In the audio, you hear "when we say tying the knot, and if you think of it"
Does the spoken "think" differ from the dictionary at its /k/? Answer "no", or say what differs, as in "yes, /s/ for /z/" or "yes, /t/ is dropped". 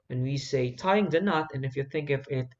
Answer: no